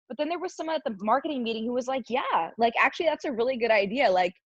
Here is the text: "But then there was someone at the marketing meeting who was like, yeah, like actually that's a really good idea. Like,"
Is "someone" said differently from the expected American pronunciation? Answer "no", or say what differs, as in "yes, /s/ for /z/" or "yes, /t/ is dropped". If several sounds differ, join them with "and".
yes, /n/ is dropped